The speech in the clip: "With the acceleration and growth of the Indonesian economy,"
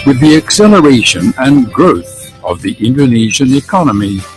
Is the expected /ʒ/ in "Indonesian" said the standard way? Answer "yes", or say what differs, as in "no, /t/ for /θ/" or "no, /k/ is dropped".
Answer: yes